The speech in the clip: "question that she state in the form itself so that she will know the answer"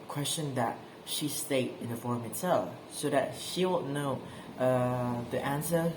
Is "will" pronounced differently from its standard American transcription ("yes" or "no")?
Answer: yes